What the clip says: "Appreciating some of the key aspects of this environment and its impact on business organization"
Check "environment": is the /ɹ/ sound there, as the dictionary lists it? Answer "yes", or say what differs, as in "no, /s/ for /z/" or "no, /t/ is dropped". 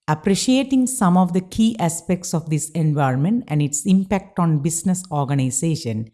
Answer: yes